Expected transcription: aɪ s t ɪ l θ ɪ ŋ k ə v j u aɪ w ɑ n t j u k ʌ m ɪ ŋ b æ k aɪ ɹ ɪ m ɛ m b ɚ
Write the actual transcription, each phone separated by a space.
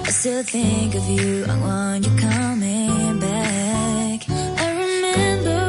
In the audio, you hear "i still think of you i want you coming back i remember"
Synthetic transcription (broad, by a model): aɪ s t ɪ l θ ɪ ŋ k ə v j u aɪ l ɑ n j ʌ k ʌ m ɪ ŋ b æ k aɪ ɹ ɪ m ɛ m b ɚ